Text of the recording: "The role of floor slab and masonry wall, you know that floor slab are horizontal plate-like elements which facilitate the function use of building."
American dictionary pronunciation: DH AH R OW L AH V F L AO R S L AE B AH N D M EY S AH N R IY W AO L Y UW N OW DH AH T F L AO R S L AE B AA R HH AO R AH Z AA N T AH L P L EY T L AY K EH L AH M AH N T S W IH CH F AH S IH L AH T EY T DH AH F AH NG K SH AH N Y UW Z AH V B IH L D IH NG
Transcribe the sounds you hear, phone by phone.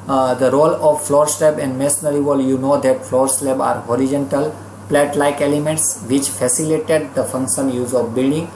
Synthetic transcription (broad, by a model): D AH R OW L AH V F L AO R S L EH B AH N D M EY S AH R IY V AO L Y UW N OW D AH T F L AO R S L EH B AA R HH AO R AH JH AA N T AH L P L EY T L AY K EH L AH M AH N T S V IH CH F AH S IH L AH T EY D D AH F AH NG K SH AH N Y UW Z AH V B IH L D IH NG